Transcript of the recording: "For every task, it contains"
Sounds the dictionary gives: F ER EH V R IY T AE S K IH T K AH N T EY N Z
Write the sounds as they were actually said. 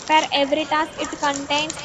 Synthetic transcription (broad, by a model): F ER EH V R IY T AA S IH T K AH N T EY N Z